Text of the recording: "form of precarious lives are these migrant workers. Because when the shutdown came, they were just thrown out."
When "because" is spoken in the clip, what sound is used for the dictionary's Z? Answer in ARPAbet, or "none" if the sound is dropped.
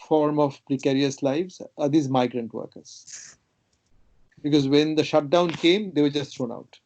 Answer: Z